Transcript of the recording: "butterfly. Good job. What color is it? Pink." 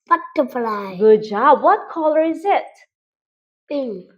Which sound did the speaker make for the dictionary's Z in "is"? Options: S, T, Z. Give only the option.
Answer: Z